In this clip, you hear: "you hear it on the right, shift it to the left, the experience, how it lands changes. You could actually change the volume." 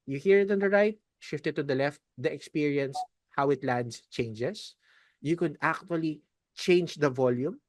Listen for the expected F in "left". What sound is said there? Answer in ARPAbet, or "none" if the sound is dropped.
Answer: F